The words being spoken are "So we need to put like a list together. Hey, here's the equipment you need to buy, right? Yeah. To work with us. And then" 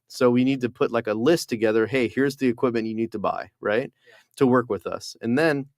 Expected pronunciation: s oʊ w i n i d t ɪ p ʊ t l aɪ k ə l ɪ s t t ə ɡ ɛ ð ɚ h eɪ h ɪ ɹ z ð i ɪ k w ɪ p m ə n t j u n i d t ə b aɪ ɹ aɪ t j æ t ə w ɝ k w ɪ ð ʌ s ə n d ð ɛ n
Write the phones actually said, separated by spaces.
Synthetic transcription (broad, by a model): s oʊ w i n i d t ɪ p ʊ t l aɪ k ə l ɪ s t t ə ɡ ɛ ð ɚ h eɪ h ɪ ɹ z ð i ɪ k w ɪ p m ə n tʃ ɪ n i d t ə b aɪ ɹ aɪ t t ə w ɝ k w ɪ ð ʌ s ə n ð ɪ n